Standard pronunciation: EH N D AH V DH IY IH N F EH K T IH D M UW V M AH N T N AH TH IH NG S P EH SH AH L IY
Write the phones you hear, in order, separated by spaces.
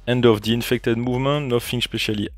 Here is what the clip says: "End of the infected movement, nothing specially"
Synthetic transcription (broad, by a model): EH N D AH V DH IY IH N F EH K T IH D M UW V M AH N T N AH F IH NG S P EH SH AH L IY